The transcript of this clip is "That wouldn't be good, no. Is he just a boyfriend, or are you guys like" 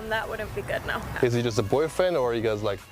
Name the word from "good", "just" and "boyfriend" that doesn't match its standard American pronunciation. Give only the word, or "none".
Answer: boyfriend